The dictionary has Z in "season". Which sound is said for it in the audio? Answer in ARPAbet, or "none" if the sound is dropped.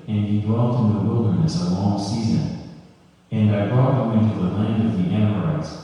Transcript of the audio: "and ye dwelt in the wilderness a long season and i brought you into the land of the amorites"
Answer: Z